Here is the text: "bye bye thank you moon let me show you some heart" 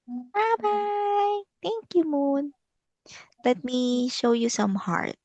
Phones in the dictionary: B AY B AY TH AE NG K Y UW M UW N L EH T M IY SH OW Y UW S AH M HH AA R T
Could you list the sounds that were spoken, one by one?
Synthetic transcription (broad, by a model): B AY B AY T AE NG K Y UW M UW N L EH T M IY SH OW Y UW S AH M HH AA R T